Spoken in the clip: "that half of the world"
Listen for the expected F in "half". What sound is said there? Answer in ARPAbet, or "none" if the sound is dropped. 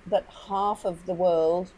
F